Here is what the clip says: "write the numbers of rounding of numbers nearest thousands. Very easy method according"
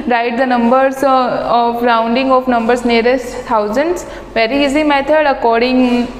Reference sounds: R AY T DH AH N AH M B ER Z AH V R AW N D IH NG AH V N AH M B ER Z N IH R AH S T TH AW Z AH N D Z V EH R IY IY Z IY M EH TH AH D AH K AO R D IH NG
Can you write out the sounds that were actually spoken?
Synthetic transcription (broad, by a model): R AY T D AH N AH M B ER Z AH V R AW N D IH NG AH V N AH M B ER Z N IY R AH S T T AW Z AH N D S V EH R IY IY Z IY M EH T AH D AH K AO R D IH NG